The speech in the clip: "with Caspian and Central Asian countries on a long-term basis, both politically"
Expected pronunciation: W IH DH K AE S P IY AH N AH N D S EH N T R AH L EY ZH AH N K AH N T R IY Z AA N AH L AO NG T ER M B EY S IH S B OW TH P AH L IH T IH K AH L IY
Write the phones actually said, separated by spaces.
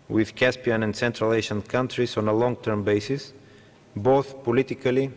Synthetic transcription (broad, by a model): W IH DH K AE S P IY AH N AH N D S EH N T R AH L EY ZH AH N K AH N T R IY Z AA N AH L AO NG T ER M B EY S IH S B OW TH P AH L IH T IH K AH L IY